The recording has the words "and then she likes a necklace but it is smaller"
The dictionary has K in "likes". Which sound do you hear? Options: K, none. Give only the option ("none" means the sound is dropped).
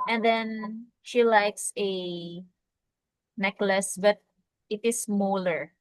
K